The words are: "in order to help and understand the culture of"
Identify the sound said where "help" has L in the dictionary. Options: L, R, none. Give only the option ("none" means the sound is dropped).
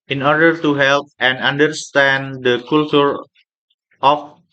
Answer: L